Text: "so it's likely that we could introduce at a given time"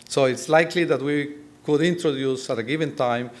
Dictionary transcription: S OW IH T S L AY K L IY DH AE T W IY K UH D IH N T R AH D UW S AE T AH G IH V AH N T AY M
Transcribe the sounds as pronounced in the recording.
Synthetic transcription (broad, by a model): S OW IH T S L AY K L IY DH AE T W IY K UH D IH N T R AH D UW S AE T AH G IH V AH N T AY M